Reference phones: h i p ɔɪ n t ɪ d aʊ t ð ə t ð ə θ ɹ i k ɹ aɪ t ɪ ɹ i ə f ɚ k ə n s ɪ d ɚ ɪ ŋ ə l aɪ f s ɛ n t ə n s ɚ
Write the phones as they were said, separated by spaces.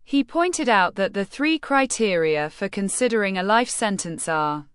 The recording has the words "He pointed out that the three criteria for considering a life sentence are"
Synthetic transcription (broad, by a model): h i p ɔɪ n t ɪ d aʊ t ð ə t ð ə θ ɹ i k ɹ aɪ t ɪ ɹ i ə f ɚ k ə n s ɪ d ɚ ɪ ŋ ə l aɪ f s ɛ n t ə n s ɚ